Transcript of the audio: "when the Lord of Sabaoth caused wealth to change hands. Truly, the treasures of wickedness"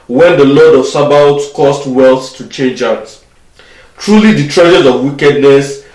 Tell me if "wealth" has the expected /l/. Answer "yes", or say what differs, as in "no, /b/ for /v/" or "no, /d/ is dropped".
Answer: yes